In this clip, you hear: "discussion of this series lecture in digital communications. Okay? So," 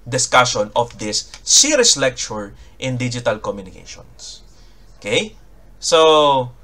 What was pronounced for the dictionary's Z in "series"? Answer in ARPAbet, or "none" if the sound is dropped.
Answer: S